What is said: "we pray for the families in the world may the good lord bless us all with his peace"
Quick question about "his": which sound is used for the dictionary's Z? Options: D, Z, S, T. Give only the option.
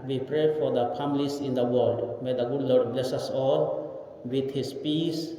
S